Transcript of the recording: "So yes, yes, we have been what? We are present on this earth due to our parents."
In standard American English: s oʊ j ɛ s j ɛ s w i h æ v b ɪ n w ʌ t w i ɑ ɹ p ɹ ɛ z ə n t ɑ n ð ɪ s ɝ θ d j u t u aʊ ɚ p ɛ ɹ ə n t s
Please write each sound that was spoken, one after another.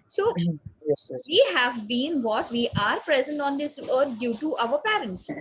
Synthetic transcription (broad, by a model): s oʊ j ɛ s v i h æ v b ɪ n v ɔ t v i ɑ ɹ p ɹ ɛ z ə n t ɑ n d ɪ s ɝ t d j u t u aʊ ɚ p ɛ ɹ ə n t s